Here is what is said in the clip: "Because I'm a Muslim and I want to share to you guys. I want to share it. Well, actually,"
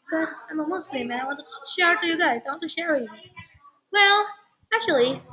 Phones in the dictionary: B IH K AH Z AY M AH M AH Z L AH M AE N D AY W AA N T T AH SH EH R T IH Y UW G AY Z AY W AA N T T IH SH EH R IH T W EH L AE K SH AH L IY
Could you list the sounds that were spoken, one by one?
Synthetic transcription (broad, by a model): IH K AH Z AY M AH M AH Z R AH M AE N AY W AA N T T AH SH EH R T IH Y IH G AY Z AY W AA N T T IH SH EH R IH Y W EH L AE K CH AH L IY